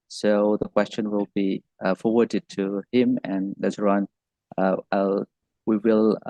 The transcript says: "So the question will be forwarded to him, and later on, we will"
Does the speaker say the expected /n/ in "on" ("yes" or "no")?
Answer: no